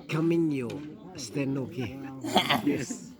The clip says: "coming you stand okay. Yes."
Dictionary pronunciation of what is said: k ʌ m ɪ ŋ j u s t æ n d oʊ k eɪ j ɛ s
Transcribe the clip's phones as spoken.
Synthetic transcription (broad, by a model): k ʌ m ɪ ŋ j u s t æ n oʊ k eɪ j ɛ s